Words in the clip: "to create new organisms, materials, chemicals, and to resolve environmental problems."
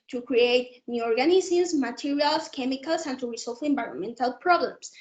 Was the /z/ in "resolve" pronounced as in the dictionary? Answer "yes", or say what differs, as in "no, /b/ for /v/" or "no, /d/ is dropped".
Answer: no, /s/ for /z/